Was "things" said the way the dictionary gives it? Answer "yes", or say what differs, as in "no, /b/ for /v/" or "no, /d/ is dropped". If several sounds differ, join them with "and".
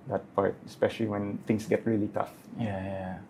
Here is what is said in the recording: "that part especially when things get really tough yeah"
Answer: no, /t/ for /θ/ and /s/ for /z/